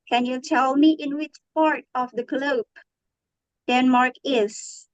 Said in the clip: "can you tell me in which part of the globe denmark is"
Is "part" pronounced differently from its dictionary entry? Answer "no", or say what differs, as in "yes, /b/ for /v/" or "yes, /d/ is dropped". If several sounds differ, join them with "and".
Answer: no